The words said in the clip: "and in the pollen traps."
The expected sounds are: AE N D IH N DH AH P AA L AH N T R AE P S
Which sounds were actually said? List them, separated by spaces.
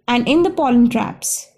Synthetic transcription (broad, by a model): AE N D IH N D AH P AA L AH N T R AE P S